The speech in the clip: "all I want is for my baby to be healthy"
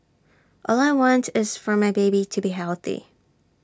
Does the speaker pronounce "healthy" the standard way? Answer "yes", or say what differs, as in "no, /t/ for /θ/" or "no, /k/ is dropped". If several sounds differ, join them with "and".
yes